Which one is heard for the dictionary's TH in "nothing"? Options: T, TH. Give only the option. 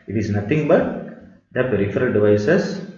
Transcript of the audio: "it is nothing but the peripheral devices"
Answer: T